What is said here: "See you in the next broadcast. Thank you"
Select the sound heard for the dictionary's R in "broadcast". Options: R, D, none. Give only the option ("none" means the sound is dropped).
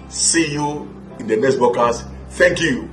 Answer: none